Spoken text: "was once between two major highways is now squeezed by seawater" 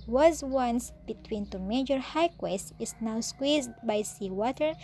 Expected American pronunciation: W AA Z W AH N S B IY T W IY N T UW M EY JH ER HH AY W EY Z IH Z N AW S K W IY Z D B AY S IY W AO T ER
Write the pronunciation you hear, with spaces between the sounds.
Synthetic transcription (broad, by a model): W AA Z W AH N S B IY T W IY N T UW M EY JH ER HH AY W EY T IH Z N AW S K W IY Z D B AY S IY W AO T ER